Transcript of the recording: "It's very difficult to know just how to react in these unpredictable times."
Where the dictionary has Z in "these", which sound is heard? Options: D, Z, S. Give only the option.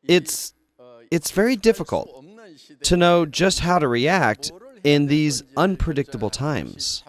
Z